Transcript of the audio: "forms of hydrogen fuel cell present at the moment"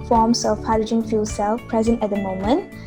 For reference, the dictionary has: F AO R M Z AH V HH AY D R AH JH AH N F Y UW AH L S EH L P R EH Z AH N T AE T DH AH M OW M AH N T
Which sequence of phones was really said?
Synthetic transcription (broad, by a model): F AO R M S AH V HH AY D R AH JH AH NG F Y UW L S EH L P R EH Z AH N T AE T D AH M OW M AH N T